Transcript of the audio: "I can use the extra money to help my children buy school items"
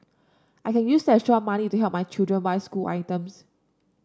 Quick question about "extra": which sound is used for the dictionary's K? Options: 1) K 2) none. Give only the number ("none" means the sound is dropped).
2